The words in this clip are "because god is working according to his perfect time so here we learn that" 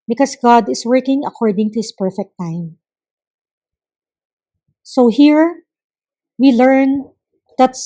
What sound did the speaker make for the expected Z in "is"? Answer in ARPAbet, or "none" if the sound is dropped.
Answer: S